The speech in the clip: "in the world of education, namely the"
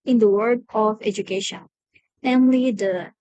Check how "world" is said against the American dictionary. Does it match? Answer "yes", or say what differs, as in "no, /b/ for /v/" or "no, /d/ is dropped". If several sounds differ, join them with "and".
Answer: no, /l/ is dropped